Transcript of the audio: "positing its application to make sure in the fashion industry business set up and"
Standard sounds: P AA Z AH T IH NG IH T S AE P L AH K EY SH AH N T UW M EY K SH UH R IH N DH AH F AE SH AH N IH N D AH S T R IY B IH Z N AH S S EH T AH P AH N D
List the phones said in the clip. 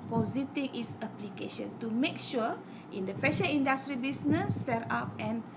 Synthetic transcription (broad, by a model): P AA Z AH T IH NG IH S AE P L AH K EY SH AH N T UW M EY K SH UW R IH N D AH F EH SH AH IY N D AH S T R IY B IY S N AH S S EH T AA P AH N